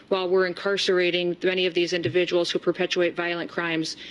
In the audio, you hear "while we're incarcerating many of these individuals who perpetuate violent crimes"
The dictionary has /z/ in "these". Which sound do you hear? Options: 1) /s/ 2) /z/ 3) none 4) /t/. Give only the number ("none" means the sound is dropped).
2